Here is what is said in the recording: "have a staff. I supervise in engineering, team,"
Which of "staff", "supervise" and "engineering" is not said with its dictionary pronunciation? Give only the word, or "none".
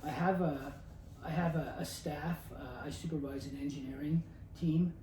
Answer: none